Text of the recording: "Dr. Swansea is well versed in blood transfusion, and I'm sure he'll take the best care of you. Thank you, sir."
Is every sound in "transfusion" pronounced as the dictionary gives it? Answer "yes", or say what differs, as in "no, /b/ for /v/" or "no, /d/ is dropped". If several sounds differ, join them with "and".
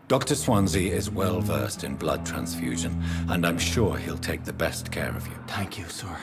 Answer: yes